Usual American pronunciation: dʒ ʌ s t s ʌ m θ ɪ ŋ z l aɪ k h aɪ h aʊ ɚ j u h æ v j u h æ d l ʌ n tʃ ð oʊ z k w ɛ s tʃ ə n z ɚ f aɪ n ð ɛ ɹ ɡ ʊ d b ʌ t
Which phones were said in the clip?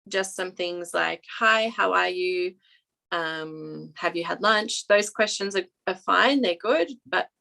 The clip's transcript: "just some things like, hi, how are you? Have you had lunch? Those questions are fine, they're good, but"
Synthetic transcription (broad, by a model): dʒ ʌ s t s ʌ m θ ɪ ŋ z l aɪ k h aɪ h aʊ ɚ j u h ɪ v j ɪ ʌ d l ʌ n tʃ ð oʊ z k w ɛ s tʃ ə n z ɚ f aɪ n ð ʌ ɹ ɡ ʊ d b ʌ t